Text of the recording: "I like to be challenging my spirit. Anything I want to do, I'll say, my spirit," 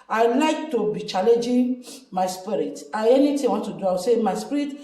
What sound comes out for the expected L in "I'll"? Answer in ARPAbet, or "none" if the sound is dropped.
W